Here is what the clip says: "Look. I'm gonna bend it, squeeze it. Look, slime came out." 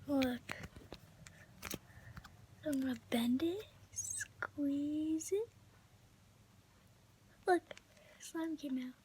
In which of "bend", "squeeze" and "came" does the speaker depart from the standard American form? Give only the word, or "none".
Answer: none